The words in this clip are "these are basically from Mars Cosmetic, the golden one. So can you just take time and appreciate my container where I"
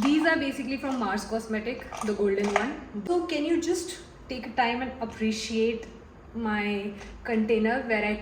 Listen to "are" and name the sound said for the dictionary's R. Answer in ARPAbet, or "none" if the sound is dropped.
R